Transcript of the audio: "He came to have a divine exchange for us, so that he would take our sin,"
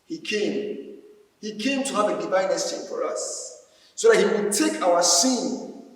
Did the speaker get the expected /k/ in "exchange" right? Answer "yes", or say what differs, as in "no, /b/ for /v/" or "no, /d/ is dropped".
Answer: no, /k/ is dropped